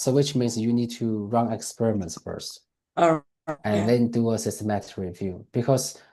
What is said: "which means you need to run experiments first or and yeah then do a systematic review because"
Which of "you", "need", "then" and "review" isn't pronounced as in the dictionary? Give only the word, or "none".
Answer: none